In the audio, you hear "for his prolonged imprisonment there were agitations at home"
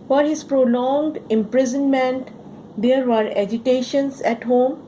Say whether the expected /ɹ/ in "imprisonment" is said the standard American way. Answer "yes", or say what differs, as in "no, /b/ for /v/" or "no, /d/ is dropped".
yes